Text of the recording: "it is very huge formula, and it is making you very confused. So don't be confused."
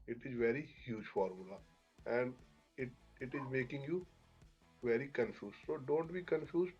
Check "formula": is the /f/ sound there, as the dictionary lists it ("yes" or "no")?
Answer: yes